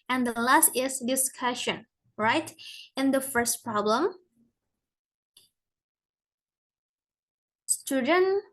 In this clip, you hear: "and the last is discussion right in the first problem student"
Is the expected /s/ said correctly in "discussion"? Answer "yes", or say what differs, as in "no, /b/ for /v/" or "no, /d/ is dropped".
yes